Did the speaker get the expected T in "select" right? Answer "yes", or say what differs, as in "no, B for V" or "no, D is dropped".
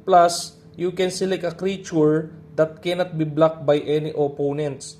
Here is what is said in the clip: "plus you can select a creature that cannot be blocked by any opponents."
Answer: no, T is dropped